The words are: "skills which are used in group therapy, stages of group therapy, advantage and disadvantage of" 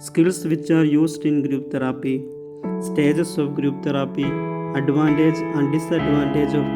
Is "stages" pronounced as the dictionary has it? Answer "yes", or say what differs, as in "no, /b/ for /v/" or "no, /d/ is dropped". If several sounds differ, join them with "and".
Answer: no, /s/ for /z/